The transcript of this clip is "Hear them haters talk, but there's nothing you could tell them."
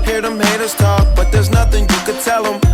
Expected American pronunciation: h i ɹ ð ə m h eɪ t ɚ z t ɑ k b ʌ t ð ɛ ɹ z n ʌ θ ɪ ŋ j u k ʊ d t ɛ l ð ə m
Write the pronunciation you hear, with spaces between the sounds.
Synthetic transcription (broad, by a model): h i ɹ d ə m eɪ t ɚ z t ɑ k b ʌ t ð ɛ ɹ z n ʌ θ ɪ ŋ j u k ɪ d t ɛ l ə m